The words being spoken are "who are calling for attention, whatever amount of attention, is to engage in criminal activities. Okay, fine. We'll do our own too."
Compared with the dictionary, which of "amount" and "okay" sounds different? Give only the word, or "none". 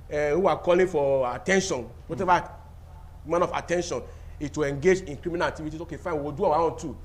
amount